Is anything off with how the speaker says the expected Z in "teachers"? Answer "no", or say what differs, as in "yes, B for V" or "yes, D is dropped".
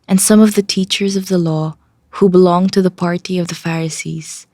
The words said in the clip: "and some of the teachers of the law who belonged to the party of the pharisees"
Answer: no